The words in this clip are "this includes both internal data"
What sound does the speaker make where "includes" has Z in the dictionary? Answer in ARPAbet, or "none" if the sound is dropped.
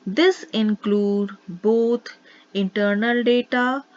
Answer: none